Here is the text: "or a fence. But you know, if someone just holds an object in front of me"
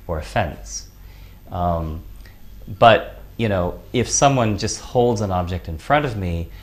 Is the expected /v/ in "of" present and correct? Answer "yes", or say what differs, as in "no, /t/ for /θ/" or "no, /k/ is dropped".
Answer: yes